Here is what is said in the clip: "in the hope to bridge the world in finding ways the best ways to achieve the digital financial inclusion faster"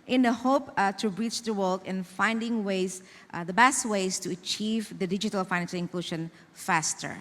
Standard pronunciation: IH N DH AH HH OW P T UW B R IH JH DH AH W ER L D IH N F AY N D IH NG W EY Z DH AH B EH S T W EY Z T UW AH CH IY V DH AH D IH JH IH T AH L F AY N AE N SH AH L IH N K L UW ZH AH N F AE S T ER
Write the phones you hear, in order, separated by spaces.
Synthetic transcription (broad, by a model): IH N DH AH HH OW P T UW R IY CH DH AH W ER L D IH N F AY N D IH NG W EY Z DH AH B EH S T W EY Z T UW AH CH IY V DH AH D IH JH IH T AH L F AY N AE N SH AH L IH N K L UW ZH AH N F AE S T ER